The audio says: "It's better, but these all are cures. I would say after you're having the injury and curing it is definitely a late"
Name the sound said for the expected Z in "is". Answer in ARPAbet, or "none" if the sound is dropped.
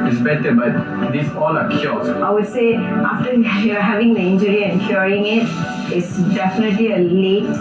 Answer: S